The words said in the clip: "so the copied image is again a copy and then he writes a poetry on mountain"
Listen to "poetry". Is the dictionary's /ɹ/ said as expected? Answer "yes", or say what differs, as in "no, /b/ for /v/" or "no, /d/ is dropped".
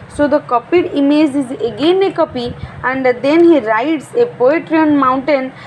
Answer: yes